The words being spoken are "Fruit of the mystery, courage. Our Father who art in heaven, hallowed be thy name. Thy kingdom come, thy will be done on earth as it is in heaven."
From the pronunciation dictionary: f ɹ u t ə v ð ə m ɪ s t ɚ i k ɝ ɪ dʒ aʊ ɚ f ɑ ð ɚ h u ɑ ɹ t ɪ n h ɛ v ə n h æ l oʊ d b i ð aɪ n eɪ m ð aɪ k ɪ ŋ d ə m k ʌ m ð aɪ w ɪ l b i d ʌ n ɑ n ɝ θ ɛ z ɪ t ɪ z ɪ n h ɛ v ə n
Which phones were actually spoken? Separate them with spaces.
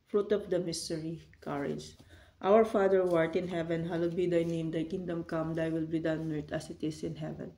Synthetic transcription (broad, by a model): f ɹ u t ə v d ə m ɪ s t ɚ i k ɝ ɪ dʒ aʊ ɚ f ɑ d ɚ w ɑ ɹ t ɪ n h ɛ v ə n h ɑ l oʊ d b i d aɪ n eɪ m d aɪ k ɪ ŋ d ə m k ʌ m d aɪ w ɪ l b i d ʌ ɑ n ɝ t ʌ s ɪ t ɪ s ɪ n h ɛ v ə n